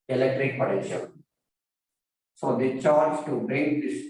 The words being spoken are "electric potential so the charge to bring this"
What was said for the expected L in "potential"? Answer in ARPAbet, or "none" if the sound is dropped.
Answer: N